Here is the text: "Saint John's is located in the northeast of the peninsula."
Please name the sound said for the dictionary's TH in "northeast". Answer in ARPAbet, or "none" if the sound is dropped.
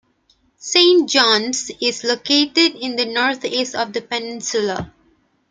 T